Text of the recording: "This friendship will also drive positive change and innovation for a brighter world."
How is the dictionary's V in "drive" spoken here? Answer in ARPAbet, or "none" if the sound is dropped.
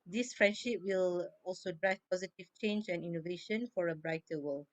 F